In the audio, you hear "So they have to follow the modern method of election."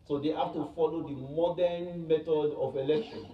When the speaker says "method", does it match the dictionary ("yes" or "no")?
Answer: no